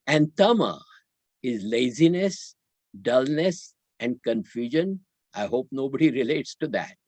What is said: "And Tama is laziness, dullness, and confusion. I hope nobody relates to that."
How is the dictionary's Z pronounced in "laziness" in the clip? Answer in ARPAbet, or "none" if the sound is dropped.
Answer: Z